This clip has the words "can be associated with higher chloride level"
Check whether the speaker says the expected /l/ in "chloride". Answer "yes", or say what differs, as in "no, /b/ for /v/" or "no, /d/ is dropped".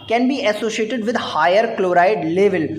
yes